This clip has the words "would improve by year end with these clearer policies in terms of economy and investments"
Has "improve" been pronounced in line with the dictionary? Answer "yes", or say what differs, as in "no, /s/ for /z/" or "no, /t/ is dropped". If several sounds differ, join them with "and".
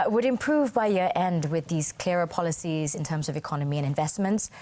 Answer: yes